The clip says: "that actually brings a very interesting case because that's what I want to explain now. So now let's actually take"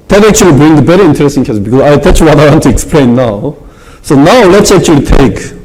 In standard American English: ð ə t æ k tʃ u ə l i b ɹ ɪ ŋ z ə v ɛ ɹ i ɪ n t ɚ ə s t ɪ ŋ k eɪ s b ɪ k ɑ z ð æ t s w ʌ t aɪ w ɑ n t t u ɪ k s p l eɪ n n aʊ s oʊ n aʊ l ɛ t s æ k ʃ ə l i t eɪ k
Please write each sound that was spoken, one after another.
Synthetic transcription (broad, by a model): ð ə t æ k tʃ u ə l i b ɹ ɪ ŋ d ə b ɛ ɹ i ɪ n t ɚ ə s t ɪ ŋ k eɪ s b ɪ k ɑ z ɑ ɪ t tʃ w ʌ t aɪ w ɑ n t t u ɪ k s p l eɪ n n aʊ s oʊ n aʊ l ɛ t s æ k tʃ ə l i t eɪ k